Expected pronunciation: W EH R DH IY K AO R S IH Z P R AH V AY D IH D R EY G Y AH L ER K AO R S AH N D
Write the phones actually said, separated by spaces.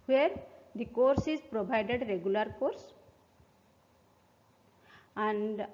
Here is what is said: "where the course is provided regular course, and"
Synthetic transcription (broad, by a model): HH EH R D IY K AO R S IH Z P R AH B AY D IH D R EY G Y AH L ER K AO R S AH N D